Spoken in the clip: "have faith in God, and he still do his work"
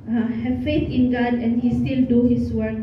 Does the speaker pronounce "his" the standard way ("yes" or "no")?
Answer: no